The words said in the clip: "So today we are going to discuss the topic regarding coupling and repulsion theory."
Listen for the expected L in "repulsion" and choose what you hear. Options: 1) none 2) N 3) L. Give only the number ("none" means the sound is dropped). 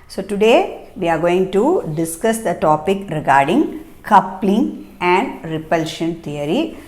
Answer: 3